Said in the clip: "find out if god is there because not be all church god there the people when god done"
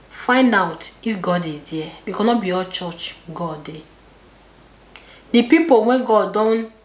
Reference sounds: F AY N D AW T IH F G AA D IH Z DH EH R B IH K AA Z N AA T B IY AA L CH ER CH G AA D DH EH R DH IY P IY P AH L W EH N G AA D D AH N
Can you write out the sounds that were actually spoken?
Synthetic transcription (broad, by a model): F AY N D AW T IH F G AA D IH Z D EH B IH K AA N AA T B IY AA CH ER CH G AA D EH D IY P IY P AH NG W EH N G AA D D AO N